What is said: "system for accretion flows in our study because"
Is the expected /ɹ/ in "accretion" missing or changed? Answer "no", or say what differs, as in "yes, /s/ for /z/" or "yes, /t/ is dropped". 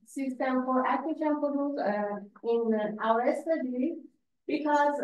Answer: yes, /ɹ/ is dropped